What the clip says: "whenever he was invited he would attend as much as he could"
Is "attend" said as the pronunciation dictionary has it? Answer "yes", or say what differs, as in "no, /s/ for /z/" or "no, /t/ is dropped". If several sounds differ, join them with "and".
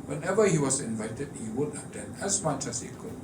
no, /d/ is dropped